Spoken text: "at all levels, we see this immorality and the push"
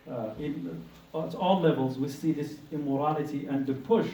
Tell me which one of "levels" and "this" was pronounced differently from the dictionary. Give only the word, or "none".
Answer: none